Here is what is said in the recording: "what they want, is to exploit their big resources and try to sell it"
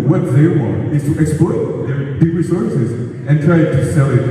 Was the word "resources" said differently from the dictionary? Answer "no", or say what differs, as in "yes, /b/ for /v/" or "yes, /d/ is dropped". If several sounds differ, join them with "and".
no